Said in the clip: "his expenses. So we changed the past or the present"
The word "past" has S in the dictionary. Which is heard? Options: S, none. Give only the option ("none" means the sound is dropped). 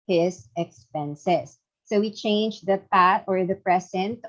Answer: none